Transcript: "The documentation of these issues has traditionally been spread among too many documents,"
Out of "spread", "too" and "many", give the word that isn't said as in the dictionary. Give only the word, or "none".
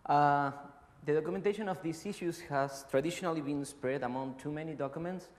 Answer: none